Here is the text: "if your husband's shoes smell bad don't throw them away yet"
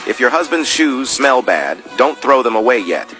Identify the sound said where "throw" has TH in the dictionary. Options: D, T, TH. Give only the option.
TH